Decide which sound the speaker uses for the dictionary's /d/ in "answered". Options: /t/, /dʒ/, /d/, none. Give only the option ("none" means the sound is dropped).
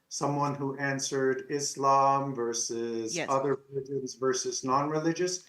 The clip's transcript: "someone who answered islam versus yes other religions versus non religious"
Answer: /d/